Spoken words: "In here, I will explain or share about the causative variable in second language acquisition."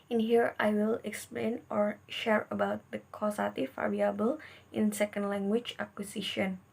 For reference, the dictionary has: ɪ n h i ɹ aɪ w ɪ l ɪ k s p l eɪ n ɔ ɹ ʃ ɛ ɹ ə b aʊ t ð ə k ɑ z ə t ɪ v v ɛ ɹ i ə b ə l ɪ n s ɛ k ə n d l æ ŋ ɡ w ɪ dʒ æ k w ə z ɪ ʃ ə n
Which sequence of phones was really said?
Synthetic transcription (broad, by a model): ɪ n h i ɹ aɪ w ɪ l ɪ k s p l eɪ n ɔ ɹ ʃ ɛ ɹ ə b aʊ t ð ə k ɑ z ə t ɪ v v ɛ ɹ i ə b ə l ɪ n s ɛ k ə n d l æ ŋ ɡ w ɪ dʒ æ k w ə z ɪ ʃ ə n